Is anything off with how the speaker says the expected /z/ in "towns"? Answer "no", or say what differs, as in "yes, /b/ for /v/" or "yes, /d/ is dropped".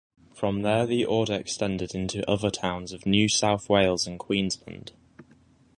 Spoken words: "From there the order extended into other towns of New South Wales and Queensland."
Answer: no